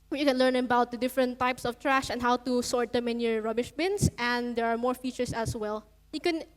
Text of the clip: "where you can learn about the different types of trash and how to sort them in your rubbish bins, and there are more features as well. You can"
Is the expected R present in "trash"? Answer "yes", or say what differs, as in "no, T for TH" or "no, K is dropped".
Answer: yes